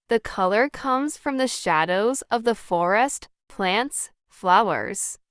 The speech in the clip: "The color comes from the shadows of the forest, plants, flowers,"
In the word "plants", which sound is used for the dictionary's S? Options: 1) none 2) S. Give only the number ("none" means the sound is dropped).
2